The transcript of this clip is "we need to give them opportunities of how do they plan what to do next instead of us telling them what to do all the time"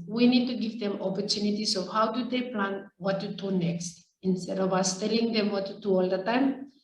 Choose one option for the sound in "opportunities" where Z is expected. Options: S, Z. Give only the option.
S